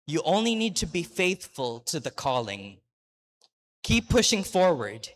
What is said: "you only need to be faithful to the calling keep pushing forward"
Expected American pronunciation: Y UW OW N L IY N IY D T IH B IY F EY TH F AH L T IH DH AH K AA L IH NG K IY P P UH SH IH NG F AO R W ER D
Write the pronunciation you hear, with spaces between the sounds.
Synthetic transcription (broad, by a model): Y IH OW N L IY N IY D T IH B IY F EY TH F AH L T IH DH AH K AA L IH NG K IY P P UH SH IH NG F AO R W ER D